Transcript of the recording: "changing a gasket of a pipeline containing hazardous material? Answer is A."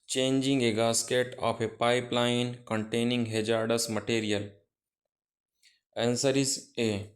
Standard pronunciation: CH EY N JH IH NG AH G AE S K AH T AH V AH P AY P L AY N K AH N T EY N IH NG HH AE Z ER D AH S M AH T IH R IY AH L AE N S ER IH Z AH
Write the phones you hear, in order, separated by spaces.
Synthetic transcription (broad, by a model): CH EY N JH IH NG AH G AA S K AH T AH P AH P AY P L AY N K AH N T EY N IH NG HH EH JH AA D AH S M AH T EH R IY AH L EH N S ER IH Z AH